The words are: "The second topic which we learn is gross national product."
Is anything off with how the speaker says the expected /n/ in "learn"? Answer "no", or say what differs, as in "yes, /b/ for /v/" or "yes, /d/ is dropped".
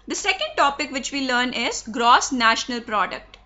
no